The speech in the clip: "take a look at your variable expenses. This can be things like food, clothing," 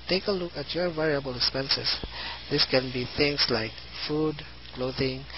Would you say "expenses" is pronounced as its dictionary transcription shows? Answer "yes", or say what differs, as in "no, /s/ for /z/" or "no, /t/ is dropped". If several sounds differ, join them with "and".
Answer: no, /s/ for /z/